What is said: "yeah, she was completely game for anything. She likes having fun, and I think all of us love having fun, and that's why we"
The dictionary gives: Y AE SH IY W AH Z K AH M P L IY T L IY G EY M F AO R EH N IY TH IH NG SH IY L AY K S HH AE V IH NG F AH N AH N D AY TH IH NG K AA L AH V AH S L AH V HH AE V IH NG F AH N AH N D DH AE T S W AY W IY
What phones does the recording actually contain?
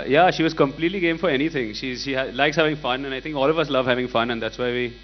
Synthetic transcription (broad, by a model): Y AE SH IY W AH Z K AH M P L IY T L IY G EY M F AO R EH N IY T IH NG SH IY L AY K S HH AE V IH NG F AH N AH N AY T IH NG K AA L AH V AH S L AH V HH AE V IH NG F AH N AH N D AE T S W AY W IY